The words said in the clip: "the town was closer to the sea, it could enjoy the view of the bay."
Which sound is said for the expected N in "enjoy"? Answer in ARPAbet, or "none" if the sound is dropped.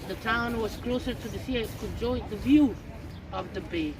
none